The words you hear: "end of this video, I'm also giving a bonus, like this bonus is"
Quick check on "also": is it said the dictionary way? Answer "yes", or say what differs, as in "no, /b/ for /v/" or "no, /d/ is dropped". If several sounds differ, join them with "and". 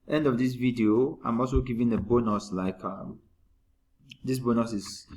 yes